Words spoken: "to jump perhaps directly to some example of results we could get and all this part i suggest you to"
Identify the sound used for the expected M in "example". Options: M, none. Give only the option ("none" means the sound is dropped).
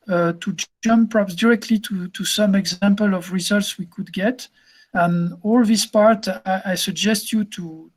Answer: M